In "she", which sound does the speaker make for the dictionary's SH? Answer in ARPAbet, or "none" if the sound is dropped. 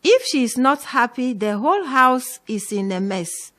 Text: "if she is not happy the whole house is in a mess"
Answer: SH